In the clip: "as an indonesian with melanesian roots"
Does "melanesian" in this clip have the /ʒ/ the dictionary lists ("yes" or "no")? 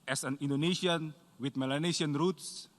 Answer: no